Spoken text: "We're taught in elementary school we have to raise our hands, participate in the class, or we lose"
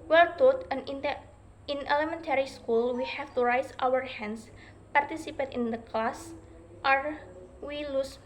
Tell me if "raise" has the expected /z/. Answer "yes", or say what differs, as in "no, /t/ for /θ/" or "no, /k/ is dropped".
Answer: no, /s/ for /z/